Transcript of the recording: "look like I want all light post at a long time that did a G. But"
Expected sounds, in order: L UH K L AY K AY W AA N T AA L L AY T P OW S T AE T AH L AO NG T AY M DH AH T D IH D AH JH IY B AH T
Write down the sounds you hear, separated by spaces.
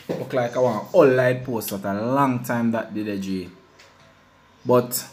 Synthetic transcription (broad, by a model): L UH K L AY K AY W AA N AA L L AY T P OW S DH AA T AH L AO NG T AY M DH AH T D IH D AH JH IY B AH T